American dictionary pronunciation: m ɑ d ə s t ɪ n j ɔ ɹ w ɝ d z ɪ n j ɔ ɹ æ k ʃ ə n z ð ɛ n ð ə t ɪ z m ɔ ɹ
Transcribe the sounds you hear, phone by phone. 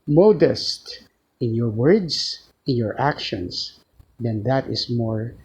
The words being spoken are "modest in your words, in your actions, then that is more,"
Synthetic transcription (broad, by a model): m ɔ d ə s t ɪ n j ɔ ɹ w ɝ d s ɪ n j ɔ ɹ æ k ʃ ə n s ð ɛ n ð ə t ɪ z m ɔ ɹ